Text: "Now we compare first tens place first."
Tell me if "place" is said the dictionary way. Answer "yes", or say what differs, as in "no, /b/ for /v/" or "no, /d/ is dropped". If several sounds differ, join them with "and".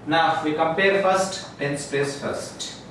no, /l/ is dropped